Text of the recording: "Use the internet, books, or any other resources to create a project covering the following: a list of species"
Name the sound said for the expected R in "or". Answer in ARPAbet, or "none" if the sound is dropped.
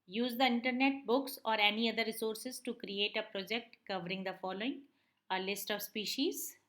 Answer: R